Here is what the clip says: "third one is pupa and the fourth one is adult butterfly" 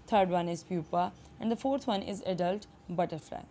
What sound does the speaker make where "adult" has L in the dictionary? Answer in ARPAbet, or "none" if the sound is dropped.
L